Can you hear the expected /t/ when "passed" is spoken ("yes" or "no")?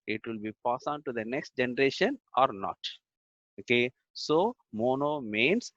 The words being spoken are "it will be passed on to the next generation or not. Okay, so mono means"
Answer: no